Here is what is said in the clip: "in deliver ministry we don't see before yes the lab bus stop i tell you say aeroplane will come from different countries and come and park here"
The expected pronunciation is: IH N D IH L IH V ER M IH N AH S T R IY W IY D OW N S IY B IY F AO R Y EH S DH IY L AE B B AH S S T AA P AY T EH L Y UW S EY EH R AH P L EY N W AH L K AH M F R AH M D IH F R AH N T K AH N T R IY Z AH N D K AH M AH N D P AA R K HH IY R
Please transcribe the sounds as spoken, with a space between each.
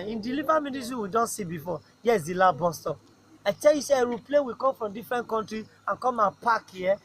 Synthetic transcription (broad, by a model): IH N D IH L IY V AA M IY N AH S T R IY W IY D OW N S IY B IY F AO Y EH S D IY L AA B B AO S S T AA AY T EH L Y UW S EY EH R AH P L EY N W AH K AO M F R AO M D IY F R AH N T K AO N T R IY AH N K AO M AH P AA K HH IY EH